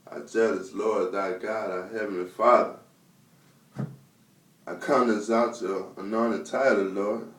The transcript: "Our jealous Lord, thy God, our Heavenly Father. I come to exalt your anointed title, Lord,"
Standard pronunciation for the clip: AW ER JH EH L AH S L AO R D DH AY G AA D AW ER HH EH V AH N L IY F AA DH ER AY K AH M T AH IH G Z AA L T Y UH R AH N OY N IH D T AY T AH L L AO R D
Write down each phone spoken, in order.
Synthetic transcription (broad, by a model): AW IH JH EH L AH S L AO R D DH AY G AA D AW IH HH EH V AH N L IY F AA DH ER AY K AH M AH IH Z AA T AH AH N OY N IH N T AY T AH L L AO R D